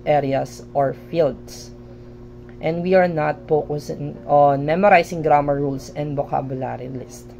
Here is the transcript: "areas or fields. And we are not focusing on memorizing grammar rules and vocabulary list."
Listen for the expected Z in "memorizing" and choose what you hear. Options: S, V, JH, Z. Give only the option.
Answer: S